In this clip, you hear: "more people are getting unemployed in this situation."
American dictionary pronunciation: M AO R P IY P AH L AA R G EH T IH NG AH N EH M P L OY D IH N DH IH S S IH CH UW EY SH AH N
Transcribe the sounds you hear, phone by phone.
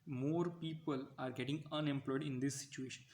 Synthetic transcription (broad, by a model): M AO R P IY P AH L AA R G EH T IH NG AH N EH M P L OY D IH N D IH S S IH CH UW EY SH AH N